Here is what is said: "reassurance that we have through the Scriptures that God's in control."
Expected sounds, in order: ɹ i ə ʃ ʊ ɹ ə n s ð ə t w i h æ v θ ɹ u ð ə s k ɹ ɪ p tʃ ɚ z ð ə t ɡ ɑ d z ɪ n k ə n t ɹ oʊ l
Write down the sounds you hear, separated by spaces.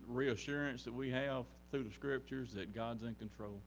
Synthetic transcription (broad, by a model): ɹ i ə ʃ ʊ ɹ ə n s ð ə t w i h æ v θ ɹ u ð ə s k ɹ ɪ p tʃ ɚ z ð ə t ɡ ɑ d z ɪ n k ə n t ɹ oʊ l